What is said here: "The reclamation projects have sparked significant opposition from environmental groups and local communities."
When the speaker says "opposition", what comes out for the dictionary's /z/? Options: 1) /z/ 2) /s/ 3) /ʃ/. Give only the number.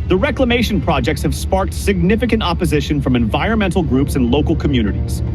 1